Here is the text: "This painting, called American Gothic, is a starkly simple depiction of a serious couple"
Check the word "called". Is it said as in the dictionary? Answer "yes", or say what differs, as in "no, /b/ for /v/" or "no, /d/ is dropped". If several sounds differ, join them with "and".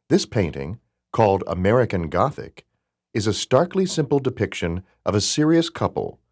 yes